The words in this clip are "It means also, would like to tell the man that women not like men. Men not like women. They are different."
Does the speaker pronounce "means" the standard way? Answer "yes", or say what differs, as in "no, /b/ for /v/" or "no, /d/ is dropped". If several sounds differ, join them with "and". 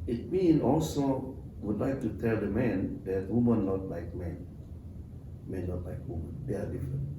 no, /z/ is dropped